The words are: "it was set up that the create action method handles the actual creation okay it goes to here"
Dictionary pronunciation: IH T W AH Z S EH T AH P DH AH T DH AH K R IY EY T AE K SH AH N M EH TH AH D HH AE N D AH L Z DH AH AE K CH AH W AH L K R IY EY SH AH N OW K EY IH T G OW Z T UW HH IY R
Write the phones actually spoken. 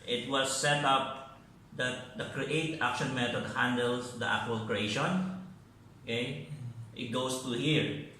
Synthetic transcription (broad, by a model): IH T W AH S EH T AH P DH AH T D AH K R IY EY T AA K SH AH N M EH T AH D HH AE N D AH L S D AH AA K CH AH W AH L K R IY EY SH AH N OW K EY IH T G OW S T UW HH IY R